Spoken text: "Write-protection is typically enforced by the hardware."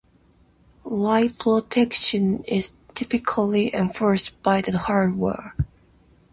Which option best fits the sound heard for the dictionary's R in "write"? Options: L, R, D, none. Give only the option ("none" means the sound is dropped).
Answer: L